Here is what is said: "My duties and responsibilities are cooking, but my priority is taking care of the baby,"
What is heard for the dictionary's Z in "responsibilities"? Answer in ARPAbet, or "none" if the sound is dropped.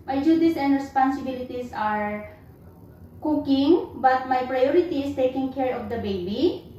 S